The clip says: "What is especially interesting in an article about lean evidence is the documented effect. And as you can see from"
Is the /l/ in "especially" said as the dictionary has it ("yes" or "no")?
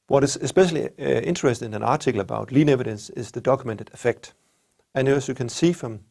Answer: yes